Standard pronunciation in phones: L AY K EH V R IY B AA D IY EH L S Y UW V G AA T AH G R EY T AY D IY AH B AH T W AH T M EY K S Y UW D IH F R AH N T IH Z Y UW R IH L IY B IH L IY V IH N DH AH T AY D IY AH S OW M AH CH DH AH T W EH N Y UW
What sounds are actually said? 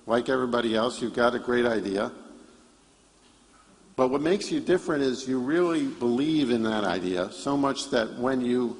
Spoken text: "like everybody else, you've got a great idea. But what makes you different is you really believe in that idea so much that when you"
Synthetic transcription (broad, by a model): L AY K EH V R IY B AA D IY EH L S Y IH V G AA T AH G R EY T AY D IY AH B AH T W AH T M EY K S Y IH D IH F R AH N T IH Z Y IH R IH L IY B IH L IY V IH N DH AH T AY D IY AH S OW M AH CH DH AH T W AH N Y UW